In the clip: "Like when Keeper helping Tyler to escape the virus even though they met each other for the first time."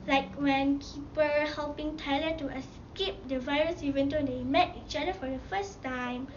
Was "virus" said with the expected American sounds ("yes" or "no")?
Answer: yes